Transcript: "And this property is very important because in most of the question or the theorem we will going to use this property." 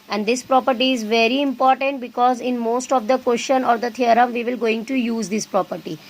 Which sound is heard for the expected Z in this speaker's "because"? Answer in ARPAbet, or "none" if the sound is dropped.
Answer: Z